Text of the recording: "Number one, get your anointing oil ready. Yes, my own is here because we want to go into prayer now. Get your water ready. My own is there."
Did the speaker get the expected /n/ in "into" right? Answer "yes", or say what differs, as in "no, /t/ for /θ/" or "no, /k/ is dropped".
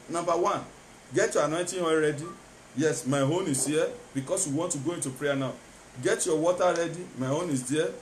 yes